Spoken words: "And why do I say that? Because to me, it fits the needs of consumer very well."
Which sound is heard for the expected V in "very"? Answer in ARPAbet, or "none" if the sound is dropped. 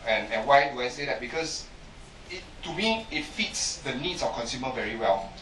V